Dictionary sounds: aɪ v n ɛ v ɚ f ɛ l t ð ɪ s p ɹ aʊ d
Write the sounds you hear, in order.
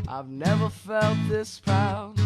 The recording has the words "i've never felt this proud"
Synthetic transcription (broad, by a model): aɪ v n ɛ v ɚ f ɛ l t ð ɪ s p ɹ aʊ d